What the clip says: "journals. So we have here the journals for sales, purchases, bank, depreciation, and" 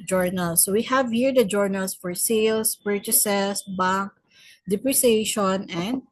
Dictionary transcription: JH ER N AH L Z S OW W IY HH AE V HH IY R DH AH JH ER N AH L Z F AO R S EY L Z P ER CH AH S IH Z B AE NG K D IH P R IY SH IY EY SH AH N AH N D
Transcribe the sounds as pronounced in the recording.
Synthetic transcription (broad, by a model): JH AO N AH L S OW W IY HH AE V HH IY R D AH JH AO N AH L S F AO R S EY L S P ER CH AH S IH S B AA NG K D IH P R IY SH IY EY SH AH N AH N D